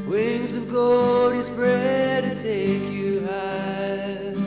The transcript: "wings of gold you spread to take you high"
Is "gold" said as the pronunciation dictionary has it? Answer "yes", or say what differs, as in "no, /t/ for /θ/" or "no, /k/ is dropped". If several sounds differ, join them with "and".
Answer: no, /l/ is dropped